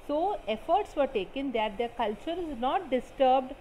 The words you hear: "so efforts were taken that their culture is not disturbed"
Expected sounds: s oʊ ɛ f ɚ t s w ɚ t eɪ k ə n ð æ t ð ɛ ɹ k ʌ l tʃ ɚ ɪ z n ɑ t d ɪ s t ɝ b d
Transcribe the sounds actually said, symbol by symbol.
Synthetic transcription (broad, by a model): s oʊ ɛ f ɚ t s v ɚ t eɪ k ə n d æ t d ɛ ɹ k ʌ l tʃ ɚ ɪ z n ɑ t d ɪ s t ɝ b d